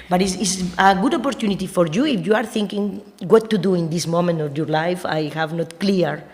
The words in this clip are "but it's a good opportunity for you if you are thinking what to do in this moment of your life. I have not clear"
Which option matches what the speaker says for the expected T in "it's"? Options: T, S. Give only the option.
S